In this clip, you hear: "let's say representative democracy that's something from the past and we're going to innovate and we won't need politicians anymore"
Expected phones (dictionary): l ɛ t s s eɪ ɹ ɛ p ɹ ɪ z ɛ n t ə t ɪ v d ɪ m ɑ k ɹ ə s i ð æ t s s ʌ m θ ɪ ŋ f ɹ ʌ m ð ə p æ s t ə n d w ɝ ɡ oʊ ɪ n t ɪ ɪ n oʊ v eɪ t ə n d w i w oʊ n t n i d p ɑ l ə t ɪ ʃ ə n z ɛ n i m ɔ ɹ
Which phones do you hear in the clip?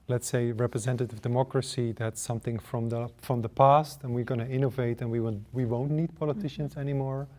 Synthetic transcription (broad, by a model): l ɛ t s s eɪ ɹ ɛ p ɹ ɪ z ɛ n t ə t ɪ v d ɪ m ɑ k ɹ ə s i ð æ t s s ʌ m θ ɪ ŋ f ɹ ʌ m ð ə p æ s t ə n w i ɡ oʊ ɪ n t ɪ ɪ n oʊ v eɪ t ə n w w i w oʊ n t n i d p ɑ l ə t ɪ ʃ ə n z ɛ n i m ɔ ɹ